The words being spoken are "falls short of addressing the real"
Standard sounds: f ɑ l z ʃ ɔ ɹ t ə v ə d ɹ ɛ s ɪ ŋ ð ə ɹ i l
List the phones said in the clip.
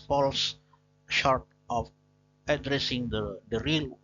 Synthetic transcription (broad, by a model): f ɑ l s ʃ ɔ ɹ t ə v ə d ɹ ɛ s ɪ ŋ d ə ɹ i l